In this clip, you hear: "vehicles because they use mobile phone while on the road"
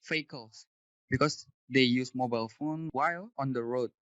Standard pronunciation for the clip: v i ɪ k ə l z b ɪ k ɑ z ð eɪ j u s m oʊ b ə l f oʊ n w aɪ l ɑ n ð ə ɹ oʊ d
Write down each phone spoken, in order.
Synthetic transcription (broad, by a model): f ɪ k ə l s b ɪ k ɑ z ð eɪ j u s m oʊ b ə l f oʊ n w aɪ l ɑ n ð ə ɹ oʊ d